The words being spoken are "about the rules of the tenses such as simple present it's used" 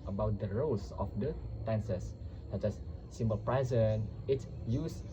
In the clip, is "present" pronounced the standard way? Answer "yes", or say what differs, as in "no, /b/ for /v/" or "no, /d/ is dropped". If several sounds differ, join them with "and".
no, /t/ is dropped